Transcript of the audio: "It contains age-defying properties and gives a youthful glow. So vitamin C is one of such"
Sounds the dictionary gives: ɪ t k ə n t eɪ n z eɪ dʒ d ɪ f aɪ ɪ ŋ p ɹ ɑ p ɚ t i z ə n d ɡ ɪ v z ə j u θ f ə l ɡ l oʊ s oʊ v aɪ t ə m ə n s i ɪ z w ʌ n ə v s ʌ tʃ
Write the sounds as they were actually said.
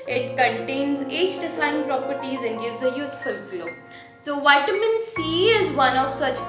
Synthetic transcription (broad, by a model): ɪ t k ə n t eɪ n z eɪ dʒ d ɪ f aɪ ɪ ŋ p ɹ ɑ p ɚ t i z ə n d ɡ ɪ v z ə j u t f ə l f l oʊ s oʊ v aɪ t ə m ə n s i ɪ z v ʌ n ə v s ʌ tʃ